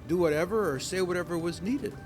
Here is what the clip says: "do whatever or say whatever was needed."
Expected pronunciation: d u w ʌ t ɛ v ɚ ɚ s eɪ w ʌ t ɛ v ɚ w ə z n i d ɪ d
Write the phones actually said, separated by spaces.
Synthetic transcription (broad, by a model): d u w ʌ t ɛ v ɚ ɚ s eɪ w ʌ t ɛ v ɚ w ə z n i d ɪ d